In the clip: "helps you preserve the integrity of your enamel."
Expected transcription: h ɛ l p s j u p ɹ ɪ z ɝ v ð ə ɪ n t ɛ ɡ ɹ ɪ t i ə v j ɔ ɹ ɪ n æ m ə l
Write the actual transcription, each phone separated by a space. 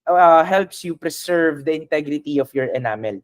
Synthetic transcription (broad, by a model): h ɛ l p s j u p ɹ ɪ s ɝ v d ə ɪ n t ɛ ɡ ɹ ɪ t i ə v j ɔ ɹ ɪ n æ m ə l